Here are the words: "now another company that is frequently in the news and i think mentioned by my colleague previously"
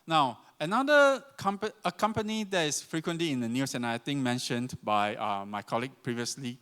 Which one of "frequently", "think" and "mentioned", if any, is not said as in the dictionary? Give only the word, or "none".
think